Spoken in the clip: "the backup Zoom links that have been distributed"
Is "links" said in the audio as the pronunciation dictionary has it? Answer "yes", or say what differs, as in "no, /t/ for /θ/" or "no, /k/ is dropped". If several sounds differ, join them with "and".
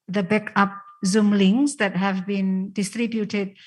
no, /k/ is dropped